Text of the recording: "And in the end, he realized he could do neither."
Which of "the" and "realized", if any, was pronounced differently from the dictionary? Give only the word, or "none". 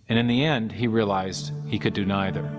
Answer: none